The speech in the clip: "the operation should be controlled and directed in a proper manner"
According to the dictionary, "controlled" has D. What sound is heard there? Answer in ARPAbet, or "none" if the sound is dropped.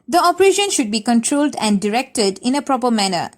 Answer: D